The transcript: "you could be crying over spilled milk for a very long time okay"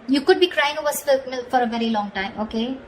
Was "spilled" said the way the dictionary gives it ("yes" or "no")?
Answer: no